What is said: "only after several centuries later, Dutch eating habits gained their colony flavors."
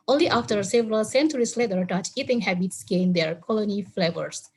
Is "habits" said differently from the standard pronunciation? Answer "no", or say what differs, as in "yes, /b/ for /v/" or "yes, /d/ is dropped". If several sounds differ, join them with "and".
no